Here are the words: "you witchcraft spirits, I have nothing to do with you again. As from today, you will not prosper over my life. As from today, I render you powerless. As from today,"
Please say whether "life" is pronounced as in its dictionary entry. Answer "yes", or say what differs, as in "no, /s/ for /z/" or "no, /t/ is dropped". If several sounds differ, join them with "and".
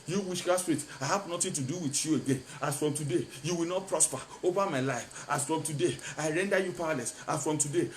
yes